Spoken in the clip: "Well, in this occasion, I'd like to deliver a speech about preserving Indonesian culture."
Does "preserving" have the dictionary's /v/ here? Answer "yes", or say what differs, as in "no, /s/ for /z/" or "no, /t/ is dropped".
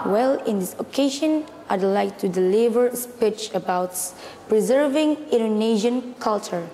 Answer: yes